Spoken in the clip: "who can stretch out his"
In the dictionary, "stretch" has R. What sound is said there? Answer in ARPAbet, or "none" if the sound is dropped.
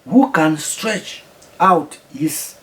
R